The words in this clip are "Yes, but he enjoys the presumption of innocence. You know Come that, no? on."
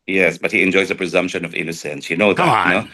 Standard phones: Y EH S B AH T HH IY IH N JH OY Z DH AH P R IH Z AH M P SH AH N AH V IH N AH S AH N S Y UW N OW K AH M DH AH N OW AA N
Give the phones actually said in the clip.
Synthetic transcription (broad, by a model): Y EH S B AH T HH IY IH N JH OY Z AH P R IH Z AH M P SH AH N AH V IH N AH S AH N S Y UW N OW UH DH AH N OW